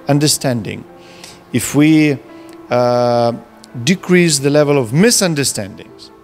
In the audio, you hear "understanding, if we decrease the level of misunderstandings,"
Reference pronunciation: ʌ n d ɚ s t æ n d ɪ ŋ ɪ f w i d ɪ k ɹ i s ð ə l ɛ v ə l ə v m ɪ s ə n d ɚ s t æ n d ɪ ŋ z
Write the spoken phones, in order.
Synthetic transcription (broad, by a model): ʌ n d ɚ s t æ n d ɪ ŋ ɪ f w i d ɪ k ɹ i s ð ə l ɛ v ə l ə v m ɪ s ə n d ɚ s t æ n d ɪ ŋ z